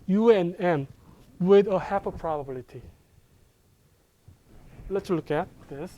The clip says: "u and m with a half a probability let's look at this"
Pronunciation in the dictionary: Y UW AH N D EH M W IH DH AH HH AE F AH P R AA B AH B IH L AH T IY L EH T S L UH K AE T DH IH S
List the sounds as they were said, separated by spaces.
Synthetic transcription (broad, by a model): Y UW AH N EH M W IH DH AH HH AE P AH P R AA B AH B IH L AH T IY L EH T S L UH K AE T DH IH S